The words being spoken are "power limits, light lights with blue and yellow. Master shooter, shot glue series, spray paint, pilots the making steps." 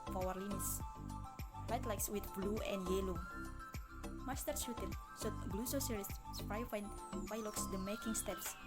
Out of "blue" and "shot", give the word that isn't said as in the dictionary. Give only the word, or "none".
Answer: shot